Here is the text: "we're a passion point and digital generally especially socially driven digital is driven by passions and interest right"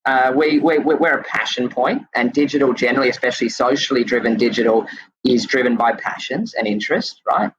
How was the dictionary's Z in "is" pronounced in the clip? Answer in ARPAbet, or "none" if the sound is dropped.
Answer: Z